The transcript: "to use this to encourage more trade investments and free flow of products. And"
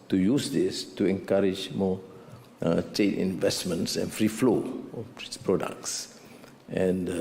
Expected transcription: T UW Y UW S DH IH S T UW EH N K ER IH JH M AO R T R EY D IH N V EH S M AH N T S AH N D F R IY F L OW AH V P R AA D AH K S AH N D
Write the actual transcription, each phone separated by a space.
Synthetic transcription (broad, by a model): T UW Y UW S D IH S T UW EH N K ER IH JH M AO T EY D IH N V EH S M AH N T S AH N F R IY F L OW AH P R AA D AH K S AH N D